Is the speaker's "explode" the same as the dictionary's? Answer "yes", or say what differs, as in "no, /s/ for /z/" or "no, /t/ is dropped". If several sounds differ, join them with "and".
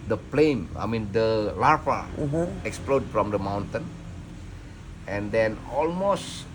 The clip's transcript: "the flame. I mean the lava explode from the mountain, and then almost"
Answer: yes